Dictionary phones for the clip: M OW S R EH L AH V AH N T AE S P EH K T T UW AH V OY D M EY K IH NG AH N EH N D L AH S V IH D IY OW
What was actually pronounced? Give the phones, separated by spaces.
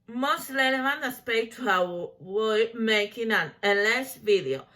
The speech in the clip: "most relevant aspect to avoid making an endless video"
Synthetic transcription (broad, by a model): M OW S L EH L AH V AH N AE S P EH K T T UW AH W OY M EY K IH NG AH N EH N L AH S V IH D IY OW